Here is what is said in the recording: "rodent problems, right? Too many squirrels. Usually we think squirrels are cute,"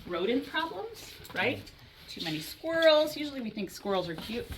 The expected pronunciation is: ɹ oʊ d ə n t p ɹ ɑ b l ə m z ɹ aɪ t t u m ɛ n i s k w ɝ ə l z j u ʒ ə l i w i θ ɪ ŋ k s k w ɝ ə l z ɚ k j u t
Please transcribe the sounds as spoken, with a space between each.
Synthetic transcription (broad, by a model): ɹ oʊ d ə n p ɹ ɑ b l ə m z ɹ aɪ t t u m ɛ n i s k w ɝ l z j u ʒ l i w i θ ɪ ŋ k s k w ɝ l z ɚ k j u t